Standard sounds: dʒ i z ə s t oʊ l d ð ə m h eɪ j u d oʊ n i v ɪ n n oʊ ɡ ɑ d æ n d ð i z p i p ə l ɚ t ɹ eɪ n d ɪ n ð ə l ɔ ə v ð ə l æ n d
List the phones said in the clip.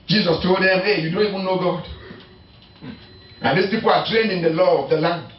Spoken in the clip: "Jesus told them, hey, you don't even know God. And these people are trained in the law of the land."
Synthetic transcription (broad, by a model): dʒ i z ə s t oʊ d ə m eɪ j u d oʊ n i w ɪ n n oʊ ɡ ɑ d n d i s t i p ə t ɹ eɪ n d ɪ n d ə l ɔ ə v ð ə l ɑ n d